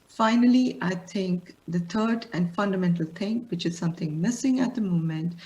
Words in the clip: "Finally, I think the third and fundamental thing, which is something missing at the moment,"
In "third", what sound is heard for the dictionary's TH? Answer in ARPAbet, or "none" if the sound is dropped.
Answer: T